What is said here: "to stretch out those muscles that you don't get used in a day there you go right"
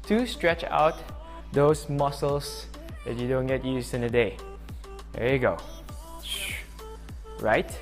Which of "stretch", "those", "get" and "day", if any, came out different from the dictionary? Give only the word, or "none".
those